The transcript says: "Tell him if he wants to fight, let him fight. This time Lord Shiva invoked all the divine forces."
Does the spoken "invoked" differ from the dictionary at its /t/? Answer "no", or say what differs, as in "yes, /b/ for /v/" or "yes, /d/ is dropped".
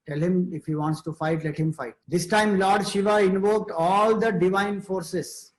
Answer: no